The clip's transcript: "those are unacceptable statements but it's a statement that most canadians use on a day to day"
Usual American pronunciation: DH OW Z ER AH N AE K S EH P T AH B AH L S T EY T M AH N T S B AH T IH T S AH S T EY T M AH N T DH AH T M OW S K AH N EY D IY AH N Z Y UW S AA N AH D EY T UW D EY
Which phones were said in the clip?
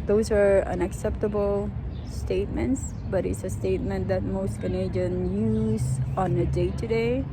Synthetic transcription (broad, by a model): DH OW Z ER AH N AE K S EH P T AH B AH L S T EY T M AH N T S B AH T IH T S AH S T EY T M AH N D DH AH T M OW S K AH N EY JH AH N Y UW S AA N AH D EY T UW D EY